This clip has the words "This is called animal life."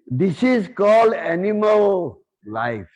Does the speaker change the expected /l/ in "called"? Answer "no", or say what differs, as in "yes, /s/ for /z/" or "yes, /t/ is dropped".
no